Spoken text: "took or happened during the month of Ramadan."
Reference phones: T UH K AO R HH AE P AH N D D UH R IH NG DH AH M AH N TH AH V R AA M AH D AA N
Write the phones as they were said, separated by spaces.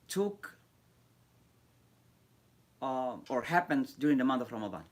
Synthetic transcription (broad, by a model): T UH K AO R HH AE P AH N D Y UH R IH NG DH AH M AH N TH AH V R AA M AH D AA N